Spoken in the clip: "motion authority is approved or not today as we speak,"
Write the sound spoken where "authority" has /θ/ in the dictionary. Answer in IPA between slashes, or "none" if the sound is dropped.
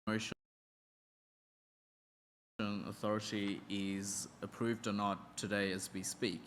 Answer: /θ/